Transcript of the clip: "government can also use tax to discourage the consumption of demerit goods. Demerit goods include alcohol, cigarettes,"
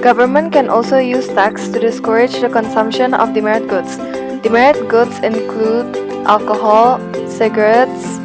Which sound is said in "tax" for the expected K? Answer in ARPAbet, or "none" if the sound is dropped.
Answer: K